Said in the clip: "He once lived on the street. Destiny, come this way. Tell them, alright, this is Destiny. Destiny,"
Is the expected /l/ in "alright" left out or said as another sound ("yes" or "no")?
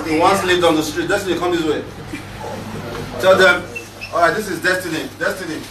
yes